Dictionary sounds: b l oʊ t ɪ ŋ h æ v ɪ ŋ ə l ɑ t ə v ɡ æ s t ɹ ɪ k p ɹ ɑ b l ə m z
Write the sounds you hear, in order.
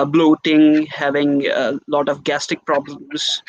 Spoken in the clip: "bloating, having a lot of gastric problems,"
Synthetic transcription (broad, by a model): b l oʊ t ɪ ŋ h æ v ɪ ŋ ə l ɑ t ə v ɡ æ s t ɪ k p ɹ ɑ b l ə m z